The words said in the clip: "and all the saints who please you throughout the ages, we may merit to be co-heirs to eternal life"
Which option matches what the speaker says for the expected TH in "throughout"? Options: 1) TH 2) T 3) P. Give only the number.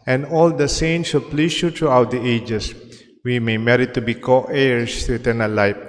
2